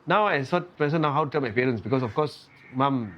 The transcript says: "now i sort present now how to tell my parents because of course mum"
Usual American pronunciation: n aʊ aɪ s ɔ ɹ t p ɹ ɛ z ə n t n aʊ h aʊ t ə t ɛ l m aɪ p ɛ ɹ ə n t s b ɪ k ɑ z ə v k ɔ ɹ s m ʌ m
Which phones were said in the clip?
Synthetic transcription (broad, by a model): n aʊ aɪ s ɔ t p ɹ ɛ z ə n n aʊ h aʊ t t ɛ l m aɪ p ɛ ɹ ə n s b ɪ k ɑ s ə f k ɔ s m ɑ m